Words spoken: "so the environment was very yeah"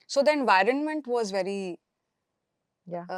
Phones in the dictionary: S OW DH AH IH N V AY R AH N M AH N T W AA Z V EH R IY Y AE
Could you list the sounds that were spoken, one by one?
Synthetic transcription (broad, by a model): S OW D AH IH N V AY R AH N M AH N T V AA Z V EH R IY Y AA